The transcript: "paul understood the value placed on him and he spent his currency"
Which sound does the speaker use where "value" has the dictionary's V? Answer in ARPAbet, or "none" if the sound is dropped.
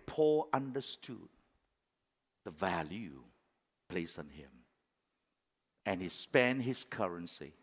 V